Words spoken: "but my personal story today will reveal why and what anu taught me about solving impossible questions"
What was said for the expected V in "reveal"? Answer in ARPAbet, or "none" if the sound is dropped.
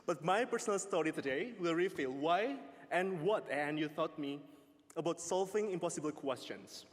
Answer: F